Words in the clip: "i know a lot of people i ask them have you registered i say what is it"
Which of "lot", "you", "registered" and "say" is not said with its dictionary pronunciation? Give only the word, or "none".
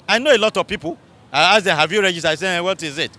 registered